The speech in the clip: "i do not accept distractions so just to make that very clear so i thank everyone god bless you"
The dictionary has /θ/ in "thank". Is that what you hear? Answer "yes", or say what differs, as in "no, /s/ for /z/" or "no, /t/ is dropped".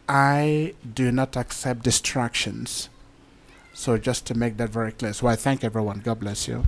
yes